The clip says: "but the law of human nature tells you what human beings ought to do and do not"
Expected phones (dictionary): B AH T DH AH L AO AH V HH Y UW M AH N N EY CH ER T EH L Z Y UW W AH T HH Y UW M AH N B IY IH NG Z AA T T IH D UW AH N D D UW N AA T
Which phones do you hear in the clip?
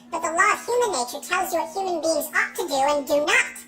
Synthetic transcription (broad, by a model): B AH T DH AH L AO AH V HH Y UW M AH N N EY CH ER T EH L Z Y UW W AH T HH Y UW M AH N B IY IH NG Z AA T T IH D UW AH N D D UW N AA T